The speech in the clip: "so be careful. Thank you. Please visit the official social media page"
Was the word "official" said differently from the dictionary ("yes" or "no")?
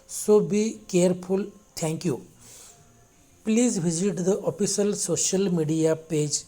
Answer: yes